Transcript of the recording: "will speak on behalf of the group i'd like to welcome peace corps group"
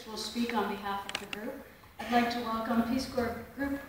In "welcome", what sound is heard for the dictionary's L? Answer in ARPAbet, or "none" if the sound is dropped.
none